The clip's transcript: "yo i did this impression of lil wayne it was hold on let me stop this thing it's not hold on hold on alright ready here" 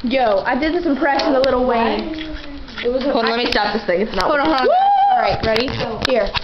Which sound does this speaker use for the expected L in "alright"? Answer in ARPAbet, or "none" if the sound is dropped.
none